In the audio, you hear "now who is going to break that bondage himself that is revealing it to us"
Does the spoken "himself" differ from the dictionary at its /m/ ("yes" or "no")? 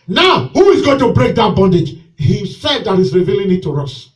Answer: yes